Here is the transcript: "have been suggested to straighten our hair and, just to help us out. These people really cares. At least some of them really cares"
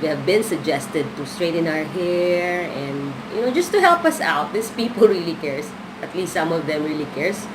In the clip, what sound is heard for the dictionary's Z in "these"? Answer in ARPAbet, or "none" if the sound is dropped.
S